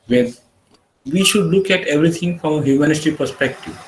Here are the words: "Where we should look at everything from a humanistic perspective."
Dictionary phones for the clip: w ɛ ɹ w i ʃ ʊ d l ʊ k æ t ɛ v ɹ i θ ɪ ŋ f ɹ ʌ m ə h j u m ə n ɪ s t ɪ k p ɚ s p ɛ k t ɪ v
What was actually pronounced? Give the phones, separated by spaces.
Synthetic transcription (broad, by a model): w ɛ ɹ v i ʃ ʊ d l ʊ k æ t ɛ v ɹ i t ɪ ŋ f ɹ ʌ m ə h j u m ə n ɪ t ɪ p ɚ s p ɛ k t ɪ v